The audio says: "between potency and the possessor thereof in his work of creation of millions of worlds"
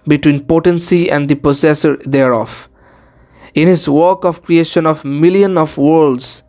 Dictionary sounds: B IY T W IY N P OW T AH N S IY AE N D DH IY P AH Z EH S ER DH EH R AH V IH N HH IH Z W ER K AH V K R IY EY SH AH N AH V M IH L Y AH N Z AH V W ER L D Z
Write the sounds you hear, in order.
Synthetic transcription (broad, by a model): B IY T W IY N P OW T AH N S IY AE N D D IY P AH S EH S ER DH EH R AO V IH N HH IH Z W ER K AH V K R IY EY SH AH N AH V M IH L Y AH N AH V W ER L D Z